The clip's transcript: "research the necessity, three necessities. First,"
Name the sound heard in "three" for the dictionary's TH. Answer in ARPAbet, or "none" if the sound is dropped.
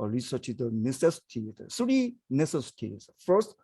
S